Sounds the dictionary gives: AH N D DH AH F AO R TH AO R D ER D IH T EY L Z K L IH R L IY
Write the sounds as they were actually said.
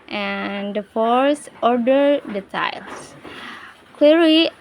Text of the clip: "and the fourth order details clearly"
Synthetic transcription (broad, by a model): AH N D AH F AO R S AO R D ER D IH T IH L S K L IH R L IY